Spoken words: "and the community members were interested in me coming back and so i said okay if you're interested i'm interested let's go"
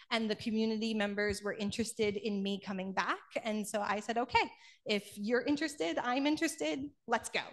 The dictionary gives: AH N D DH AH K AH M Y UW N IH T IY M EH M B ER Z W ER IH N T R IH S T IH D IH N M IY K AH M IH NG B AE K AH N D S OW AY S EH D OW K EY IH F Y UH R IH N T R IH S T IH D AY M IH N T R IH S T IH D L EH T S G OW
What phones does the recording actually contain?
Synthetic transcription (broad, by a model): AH N DH AH K AH M Y UW N IH T IY M EH M B ER Z W ER IH N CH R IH S T IH D IH N M IY K AH M IH NG B AE K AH N S OW AY S EH D OW K EY IH F Y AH R IH N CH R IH S T IH D AY M IH N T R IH S T IH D L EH T S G OW